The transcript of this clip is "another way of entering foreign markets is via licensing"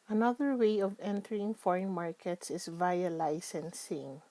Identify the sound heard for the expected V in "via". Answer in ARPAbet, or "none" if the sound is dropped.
V